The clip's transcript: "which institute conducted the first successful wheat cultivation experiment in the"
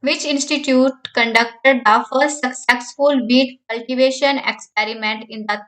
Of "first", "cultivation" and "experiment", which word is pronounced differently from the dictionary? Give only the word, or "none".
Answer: first